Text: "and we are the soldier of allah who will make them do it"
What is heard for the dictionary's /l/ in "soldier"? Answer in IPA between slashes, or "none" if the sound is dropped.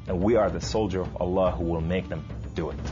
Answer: /l/